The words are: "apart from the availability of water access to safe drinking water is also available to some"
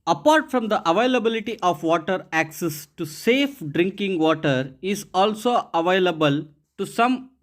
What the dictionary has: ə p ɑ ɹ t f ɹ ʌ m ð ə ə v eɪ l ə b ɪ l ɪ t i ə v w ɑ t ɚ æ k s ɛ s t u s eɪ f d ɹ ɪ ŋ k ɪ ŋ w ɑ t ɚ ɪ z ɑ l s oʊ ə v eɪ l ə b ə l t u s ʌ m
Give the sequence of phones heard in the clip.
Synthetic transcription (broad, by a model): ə p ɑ ɹ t f ɹ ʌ m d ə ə v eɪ l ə b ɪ l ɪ t i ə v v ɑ t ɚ æ k s ɛ s t u s eɪ f d ɹ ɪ ŋ k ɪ ŋ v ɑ t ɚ ɪ z ɑ l s oʊ ə v eɪ l ə b ə l t u s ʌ m